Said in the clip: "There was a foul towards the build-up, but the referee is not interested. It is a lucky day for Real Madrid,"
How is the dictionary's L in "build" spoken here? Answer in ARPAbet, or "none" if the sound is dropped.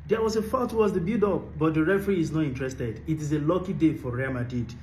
none